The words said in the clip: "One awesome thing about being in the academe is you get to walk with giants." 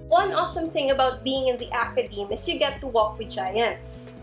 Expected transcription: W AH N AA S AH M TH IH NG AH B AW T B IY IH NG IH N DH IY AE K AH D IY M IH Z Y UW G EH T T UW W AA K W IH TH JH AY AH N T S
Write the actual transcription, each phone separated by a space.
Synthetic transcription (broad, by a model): W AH N AA S AH M TH IH NG AH B AW T B IY IH NG IH N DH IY AE K AH D IY M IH S Y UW G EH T T UW W AA K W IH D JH AY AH N T S